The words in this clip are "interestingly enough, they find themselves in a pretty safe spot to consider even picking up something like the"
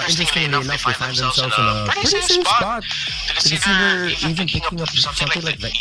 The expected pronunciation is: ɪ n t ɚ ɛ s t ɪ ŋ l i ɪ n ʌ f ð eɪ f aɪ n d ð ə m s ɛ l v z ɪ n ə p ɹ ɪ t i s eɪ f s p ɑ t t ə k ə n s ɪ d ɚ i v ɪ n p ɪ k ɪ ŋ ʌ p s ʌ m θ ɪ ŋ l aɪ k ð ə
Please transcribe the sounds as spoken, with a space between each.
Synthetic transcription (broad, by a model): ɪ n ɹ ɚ s t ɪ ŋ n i ɪ n ʌ f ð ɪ f aɪ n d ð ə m s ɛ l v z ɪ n ə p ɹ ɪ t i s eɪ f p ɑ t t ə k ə s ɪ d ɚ i v ɪ n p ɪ k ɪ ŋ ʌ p s ʌ m θ ɪ ŋ l aɪ k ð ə